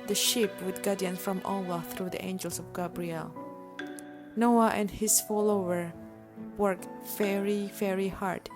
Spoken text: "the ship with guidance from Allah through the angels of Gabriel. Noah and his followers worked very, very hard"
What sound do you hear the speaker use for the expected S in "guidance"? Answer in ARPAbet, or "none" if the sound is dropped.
none